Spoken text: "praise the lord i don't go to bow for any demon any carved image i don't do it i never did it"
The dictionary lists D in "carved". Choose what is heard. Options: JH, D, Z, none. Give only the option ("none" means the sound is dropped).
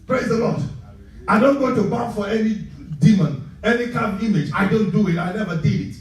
none